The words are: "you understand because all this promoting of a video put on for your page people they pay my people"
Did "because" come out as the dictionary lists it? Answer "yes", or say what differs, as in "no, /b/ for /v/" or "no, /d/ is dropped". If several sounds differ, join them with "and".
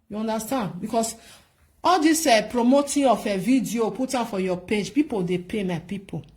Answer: no, /s/ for /z/